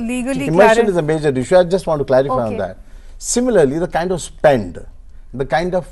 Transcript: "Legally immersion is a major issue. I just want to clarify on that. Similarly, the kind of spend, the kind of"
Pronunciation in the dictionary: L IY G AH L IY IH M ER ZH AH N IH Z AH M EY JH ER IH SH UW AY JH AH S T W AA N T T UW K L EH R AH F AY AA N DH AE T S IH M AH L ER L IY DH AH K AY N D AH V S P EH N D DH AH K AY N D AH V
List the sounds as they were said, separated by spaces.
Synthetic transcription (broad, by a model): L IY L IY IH M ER SH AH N IH Z AH M EY JH ER IH SH UW AY JH AH S T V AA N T T UW K L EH R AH F AY AA N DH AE T S IH M AH L ER L IY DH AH K AY N D AH V S P EH N D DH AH K AY N D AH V